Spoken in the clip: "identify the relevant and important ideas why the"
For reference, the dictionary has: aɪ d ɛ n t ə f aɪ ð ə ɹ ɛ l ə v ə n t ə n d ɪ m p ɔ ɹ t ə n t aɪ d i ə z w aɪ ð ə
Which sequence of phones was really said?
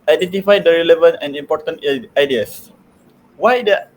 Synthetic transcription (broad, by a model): aɪ d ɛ n t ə f aɪ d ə ɹ ɛ l ə v ə n t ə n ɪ m p ɔ t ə n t aɪ d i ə s w aɪ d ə